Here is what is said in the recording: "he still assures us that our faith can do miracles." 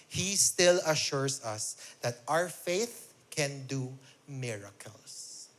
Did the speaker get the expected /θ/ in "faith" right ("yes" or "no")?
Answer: yes